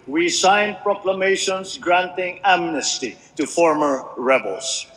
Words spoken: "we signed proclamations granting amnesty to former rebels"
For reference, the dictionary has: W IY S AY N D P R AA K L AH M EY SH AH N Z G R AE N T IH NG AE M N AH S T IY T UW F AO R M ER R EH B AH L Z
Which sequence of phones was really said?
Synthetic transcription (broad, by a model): W IY S AY N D P R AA K L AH M EY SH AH N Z G R AE N T IH NG AE M N AH S T IY T UW F AO R M ER R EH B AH L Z